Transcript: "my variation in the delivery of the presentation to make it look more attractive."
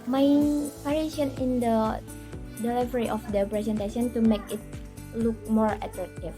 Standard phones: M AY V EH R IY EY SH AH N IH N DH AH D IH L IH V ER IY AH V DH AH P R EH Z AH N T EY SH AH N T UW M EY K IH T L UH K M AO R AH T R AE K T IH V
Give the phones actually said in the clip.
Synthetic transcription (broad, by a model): M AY P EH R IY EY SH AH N IH N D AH D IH L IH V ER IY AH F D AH P R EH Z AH N T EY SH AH N T UW M EY K IH T L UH K M AO R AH T R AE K T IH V